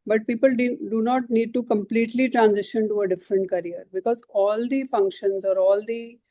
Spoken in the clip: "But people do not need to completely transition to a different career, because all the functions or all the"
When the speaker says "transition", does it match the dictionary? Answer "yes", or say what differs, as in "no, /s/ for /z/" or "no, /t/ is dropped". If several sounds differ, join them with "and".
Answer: yes